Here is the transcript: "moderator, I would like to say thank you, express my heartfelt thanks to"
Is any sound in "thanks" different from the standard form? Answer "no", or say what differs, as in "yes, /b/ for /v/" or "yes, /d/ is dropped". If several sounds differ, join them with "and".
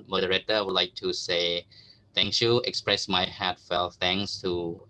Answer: yes, /k/ is dropped